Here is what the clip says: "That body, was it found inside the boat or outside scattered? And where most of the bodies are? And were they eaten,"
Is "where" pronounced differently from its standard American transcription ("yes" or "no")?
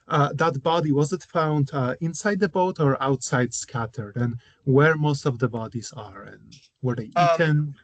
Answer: no